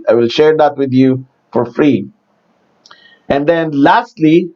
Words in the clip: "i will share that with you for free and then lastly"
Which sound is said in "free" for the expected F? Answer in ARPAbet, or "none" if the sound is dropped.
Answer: F